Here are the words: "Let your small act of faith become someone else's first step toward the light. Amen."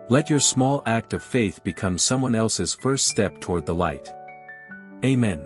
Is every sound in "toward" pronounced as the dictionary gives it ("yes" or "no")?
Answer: yes